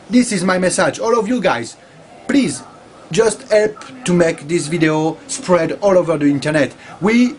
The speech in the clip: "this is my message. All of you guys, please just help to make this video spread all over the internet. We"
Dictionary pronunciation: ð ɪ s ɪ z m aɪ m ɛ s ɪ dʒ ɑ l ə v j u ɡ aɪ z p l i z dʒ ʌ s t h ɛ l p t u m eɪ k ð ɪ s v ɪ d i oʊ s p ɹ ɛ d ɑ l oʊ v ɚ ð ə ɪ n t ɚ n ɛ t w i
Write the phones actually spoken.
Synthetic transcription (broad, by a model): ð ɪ s ɪ z m aɪ m ɛ s ɪ dʒ ɑ l ə v j u ɡ aɪ z p l i z dʒ ʌ s t h ɛ l p t u m eɪ k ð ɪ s v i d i oʊ s p ɹ ɛ d ɑ l oʊ v ɚ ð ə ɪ n t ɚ n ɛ t w i